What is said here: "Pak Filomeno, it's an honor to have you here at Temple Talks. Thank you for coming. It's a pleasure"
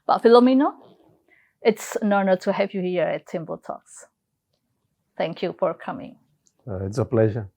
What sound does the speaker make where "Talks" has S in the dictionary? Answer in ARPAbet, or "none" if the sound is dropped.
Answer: S